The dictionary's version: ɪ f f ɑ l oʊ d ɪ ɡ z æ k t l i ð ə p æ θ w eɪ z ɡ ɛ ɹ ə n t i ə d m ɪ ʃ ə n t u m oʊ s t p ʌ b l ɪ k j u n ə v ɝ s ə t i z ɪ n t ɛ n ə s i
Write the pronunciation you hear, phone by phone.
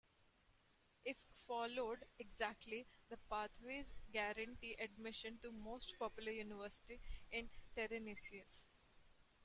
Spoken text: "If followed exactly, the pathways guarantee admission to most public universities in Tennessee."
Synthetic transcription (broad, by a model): ɪ f f ɑ l oʊ d ɪ ɡ z æ k t l i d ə p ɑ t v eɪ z ɡ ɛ ɹ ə n t i ə d m ɪ ʃ ə n t u m oʊ s t p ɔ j l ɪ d j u n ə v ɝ s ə t i ɪ n t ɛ n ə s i